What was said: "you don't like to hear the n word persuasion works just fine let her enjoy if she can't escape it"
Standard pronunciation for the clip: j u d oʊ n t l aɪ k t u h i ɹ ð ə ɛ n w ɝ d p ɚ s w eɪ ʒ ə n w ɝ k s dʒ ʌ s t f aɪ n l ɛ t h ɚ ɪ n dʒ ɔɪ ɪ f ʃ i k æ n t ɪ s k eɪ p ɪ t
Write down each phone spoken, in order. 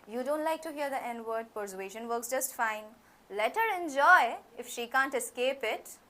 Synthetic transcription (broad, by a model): j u d oʊ n t l aɪ k t u h i ɹ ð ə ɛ n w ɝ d p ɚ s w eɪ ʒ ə n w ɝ k s dʒ ʌ s t f aɪ n l ɛ t h ɚ ɪ n dʒ ɔɪ ɪ f ʃ i k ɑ n t ɪ s k eɪ p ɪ t